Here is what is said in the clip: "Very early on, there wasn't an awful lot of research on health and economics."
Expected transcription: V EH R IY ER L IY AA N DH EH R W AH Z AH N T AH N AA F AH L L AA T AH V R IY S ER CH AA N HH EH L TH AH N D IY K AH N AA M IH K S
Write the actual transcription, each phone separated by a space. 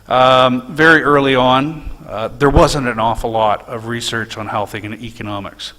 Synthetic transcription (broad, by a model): V EH R IY ER L IY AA N DH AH R W AH Z AH N T AH N AA F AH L L AA T AH V R IY S ER CH N HH EH L TH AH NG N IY K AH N AA M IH K S